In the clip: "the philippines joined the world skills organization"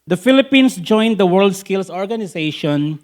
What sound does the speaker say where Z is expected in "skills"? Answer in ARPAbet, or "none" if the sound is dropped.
S